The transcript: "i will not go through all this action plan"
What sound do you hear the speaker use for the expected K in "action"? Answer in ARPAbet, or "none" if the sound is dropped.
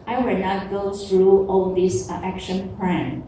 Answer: K